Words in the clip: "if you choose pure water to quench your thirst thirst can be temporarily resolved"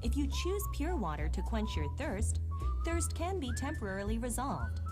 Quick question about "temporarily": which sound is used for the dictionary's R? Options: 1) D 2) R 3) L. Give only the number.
2